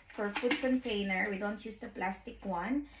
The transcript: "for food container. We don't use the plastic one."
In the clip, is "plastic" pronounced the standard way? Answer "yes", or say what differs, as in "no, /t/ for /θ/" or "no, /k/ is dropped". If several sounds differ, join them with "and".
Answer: yes